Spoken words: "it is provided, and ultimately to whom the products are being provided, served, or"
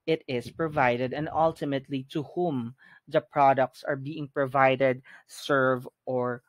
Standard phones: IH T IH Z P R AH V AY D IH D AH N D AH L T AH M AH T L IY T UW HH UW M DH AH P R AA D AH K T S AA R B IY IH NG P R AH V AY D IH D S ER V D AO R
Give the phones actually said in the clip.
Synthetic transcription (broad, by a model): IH T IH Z P R AH V AY D IH D AH N D AH L T AH M AH T L IY T UW HH UW M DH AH P R AA D AH K T S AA R B IY IH NG P R AH V AY D IH D S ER V AO R